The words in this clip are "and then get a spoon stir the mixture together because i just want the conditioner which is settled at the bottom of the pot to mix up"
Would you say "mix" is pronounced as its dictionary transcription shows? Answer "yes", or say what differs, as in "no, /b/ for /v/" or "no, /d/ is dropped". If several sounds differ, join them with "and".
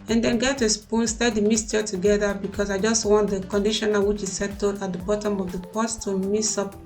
no, /k/ is dropped